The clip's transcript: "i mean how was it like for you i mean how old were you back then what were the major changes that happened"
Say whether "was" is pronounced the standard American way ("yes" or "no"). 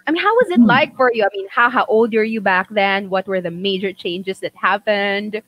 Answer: yes